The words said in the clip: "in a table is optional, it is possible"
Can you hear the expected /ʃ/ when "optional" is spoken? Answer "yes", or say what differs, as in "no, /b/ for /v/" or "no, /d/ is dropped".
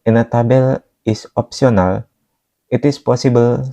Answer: no, /s/ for /ʃ/